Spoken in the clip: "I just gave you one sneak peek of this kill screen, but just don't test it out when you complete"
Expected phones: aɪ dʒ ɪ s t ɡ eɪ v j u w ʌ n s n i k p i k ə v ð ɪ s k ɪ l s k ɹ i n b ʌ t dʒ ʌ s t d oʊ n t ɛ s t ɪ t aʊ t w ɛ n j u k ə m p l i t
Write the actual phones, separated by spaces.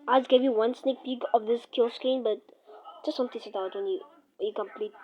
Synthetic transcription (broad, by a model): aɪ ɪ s ɡ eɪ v j u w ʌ n s n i k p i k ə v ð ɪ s k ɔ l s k i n b ʌ t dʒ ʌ s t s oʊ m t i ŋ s ɪ t aʊ t w ɛ n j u k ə m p l i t